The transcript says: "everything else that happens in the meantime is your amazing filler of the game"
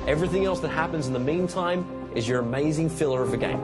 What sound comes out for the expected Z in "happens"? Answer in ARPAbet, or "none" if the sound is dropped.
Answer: Z